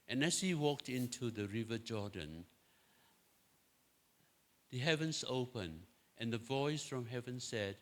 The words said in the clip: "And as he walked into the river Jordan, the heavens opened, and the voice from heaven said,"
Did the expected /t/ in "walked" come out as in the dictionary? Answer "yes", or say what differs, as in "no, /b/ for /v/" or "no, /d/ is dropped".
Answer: yes